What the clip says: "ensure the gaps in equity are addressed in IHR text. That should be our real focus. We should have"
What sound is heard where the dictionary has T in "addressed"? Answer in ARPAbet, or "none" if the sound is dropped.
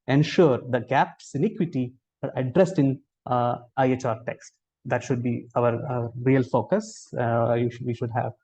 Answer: T